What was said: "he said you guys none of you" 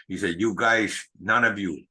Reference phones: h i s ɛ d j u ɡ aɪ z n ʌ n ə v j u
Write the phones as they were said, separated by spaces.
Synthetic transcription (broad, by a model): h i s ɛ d j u ɡ aɪ z n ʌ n ə v j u